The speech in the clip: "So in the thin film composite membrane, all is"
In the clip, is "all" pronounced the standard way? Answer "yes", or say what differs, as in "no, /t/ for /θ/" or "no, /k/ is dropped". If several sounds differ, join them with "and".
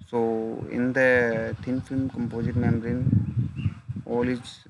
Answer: yes